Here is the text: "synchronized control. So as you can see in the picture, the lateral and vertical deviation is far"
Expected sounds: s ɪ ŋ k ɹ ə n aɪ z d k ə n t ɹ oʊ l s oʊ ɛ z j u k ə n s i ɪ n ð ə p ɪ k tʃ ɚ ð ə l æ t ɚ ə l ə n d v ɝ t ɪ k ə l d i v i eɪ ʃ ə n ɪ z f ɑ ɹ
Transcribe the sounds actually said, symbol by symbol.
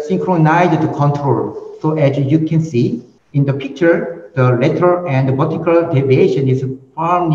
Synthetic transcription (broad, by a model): s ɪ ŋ k ɹ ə n aɪ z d k ə n t ɹ oʊ l s oʊ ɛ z j u k ə n s i ɪ n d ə p ɪ k tʃ ɚ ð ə l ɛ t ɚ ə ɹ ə n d b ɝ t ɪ k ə l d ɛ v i eɪ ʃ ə n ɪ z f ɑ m